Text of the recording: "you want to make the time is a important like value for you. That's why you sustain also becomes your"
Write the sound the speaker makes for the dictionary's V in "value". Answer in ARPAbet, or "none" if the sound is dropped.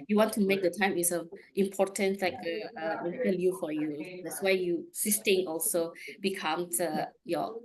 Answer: P